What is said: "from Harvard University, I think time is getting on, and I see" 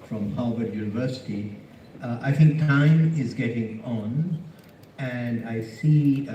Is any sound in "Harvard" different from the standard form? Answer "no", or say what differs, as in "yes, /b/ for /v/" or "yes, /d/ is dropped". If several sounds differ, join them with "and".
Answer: yes, /l/ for /ɹ/